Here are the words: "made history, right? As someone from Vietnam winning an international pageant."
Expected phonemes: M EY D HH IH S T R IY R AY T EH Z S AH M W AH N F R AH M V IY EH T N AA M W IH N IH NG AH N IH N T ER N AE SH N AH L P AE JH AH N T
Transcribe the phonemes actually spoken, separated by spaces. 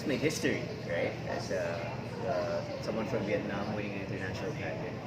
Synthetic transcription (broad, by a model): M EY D HH IH S T R IY R AY T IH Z S AH M W AH N F R AH M V IY EH T N AA M W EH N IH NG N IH N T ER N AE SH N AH L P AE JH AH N